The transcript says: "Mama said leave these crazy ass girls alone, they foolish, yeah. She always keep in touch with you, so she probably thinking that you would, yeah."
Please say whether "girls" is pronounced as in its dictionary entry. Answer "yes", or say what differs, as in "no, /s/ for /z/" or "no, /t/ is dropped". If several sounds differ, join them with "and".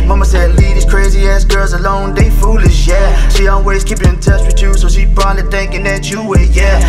yes